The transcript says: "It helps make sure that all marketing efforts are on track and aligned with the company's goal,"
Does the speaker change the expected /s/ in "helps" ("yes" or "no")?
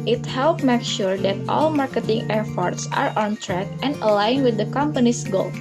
yes